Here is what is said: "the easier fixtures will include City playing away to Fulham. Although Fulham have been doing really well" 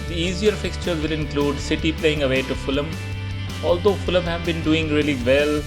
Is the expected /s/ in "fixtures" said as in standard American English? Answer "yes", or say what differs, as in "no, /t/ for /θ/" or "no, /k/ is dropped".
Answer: yes